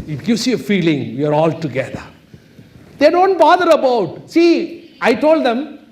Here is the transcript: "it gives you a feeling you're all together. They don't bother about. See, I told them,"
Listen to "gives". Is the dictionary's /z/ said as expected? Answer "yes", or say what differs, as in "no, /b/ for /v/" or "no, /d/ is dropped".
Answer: no, /s/ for /z/